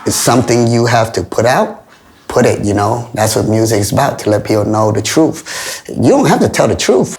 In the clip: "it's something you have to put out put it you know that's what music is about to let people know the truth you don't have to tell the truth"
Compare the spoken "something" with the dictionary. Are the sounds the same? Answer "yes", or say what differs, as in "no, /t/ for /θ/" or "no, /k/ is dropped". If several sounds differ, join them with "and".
yes